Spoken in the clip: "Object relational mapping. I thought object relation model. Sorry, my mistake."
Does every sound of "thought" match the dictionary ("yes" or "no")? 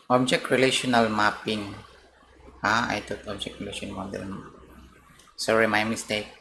no